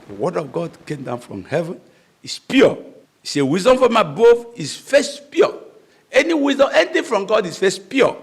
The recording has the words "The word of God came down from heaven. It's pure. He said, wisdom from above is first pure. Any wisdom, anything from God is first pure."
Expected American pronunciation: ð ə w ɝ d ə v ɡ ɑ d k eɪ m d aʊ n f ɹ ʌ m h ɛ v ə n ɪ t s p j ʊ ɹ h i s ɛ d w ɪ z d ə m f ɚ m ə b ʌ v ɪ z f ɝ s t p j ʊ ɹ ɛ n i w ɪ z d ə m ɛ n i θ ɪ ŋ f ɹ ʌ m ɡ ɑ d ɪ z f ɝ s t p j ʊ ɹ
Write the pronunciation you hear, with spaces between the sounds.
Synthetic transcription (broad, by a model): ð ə w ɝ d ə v ɡ ɑ d k eɪ m d aʊ n f ɹ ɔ m h ɛ v ə n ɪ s p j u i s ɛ w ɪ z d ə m f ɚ m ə b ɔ f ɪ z f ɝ s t p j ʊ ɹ ɛ n i w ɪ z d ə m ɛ n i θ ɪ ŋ f ɹ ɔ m ɡ ɑ d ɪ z f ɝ s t p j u